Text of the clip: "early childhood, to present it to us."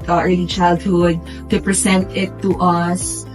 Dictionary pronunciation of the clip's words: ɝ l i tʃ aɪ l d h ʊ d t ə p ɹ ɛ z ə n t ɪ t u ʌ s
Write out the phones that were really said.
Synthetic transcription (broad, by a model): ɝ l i tʃ aɪ l d h ʊ d t ə p ɹ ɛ s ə n t ɪ t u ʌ s